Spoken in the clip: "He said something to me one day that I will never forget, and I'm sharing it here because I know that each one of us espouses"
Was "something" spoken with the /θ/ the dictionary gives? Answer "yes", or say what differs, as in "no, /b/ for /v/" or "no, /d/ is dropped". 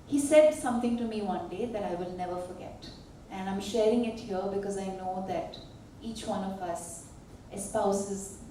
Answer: no, /t/ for /θ/